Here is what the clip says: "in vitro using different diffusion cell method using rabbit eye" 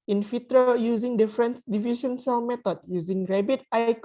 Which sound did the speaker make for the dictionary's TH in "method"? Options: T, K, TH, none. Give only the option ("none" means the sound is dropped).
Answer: T